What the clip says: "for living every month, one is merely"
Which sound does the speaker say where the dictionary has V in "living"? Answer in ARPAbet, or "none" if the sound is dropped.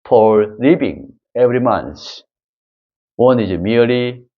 P